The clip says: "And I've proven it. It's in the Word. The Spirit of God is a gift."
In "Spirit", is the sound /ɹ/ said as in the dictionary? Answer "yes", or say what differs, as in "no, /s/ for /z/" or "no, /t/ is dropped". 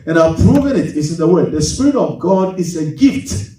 yes